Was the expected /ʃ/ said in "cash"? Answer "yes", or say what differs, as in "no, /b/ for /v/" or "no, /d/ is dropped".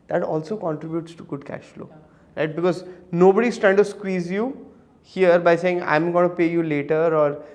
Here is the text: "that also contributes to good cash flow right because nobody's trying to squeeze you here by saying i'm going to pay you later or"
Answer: yes